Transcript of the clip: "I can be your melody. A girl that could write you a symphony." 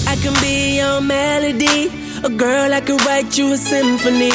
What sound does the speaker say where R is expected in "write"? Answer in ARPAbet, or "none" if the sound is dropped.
W